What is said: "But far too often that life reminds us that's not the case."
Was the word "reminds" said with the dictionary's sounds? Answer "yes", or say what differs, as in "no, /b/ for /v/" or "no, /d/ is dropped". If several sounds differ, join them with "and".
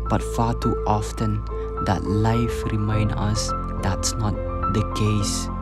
no, /z/ is dropped